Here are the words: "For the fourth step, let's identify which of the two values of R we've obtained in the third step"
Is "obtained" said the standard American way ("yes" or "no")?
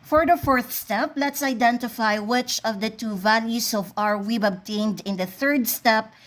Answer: yes